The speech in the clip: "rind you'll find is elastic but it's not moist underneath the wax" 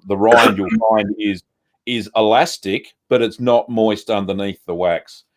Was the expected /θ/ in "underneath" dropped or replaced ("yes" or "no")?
no